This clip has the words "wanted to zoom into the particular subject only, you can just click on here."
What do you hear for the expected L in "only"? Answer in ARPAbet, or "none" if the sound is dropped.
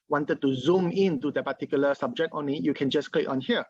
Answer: none